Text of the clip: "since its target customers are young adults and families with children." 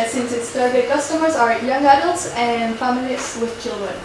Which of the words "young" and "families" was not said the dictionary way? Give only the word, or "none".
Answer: families